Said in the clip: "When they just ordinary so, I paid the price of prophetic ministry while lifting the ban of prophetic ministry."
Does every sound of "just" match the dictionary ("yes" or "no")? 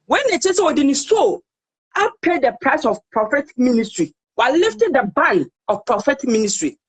no